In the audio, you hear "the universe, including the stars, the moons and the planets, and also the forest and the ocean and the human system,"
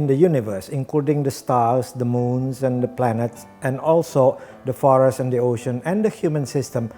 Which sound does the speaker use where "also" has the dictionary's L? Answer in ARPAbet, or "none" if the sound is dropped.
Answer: L